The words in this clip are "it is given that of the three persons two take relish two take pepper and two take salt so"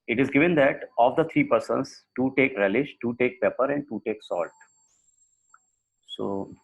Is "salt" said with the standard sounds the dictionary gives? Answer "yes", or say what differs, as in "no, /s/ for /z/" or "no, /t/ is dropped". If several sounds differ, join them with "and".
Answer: yes